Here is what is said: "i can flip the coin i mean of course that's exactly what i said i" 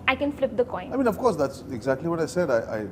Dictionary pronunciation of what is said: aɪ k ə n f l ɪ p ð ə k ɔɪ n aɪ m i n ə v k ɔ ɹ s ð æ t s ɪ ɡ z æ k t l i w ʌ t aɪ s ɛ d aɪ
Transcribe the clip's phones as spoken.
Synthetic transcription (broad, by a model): aɪ k ə n f l ɪ p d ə k ɔɪ n aɪ m i n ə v k ɔ ɹ s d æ t s ɪ ɡ z æ k t l i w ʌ t aɪ s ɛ d aɪ